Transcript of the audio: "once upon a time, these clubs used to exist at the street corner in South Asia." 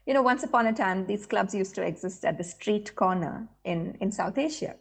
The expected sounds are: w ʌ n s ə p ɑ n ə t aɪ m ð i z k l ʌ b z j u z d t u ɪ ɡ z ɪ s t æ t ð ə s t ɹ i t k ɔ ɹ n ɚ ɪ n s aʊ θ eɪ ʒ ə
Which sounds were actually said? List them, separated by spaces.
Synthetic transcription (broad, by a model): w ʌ n s ə p ɑ n ə t aɪ m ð i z k l ʌ b z j u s t u ɪ ɡ z ɪ s t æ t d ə s t ɹ i t k ɔ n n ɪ ɪ n s aʊ t eɪ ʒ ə